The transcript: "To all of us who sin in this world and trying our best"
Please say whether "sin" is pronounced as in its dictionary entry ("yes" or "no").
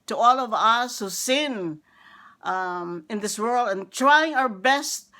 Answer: yes